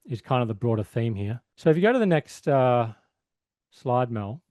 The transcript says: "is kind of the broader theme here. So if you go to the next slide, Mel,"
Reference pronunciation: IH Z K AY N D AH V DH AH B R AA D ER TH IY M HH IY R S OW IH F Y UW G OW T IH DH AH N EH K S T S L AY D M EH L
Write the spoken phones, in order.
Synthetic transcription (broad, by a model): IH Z K AY N D AH V DH AH B R AA D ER TH IY M HH IY R S OW IH F Y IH G OW T IH DH AH N EH K S T S L AY D M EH L